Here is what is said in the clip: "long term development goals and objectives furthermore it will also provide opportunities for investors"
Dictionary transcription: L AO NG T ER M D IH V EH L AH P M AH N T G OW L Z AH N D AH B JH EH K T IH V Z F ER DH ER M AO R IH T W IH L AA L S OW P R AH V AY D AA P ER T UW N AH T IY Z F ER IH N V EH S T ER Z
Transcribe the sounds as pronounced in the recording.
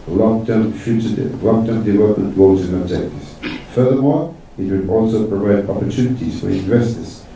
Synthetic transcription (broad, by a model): L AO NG T ER M D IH V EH L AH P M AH N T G OW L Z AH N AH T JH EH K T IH Z F ER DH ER M AO R IH T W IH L AA L S OW P R AH V AY D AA P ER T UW N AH T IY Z F ER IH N V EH S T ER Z